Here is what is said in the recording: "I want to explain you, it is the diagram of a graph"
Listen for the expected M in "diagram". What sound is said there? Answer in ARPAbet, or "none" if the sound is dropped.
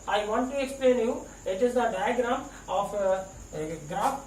none